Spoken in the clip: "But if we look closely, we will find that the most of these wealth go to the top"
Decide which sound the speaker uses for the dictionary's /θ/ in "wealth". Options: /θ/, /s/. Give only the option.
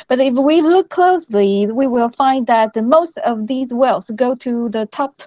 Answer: /s/